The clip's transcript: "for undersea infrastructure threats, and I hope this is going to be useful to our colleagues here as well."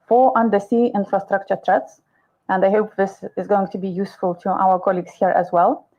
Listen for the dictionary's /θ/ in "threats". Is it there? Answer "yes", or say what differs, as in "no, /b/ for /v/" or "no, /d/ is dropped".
no, /t/ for /θ/